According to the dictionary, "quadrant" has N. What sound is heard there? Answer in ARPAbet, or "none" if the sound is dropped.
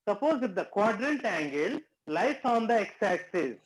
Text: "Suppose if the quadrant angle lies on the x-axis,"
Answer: N